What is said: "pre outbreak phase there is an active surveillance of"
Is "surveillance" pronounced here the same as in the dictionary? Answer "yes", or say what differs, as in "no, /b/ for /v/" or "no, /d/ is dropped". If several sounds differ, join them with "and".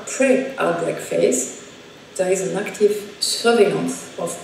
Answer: no, /l/ is dropped